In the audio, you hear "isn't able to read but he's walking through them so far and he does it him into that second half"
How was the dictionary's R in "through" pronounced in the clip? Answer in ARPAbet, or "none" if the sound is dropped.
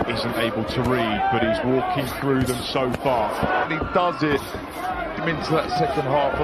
R